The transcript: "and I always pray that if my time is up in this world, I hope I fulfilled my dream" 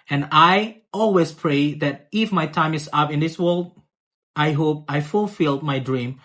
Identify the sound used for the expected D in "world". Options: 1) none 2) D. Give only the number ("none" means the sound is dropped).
2